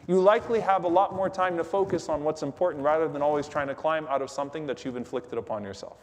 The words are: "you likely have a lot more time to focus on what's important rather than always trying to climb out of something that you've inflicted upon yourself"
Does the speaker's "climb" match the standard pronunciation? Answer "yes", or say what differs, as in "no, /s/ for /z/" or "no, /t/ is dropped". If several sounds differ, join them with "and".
yes